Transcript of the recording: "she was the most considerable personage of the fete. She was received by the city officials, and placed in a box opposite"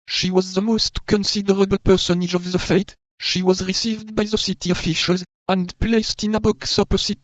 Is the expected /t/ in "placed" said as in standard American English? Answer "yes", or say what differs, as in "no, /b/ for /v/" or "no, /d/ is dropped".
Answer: yes